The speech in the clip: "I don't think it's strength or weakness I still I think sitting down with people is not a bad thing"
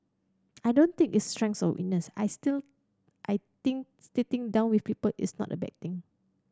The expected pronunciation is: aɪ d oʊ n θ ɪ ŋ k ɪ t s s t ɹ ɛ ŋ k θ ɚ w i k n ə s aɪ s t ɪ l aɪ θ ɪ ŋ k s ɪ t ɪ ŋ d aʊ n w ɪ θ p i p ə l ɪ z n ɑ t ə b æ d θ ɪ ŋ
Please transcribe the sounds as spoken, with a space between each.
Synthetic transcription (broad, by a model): aɪ d oʊ n t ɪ ŋ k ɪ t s s t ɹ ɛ ŋ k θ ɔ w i n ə s aɪ s t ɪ l aɪ t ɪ ŋ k s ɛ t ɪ ŋ d aʊ n w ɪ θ p i p ə l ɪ s n ɑ t ə b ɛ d t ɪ ŋ